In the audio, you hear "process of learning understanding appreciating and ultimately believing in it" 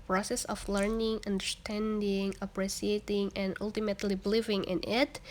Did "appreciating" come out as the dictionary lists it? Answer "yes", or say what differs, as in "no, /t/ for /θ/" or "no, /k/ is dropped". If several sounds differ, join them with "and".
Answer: no, /s/ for /ʃ/